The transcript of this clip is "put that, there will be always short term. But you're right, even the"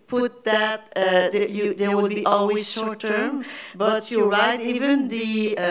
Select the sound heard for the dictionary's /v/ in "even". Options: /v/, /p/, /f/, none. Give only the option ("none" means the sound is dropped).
/v/